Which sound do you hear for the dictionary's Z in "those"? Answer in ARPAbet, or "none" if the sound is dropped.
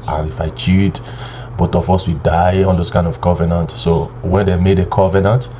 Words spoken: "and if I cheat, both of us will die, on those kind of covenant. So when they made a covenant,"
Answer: S